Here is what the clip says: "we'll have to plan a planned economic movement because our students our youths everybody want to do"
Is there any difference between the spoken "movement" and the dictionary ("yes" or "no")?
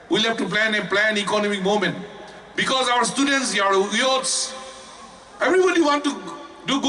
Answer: yes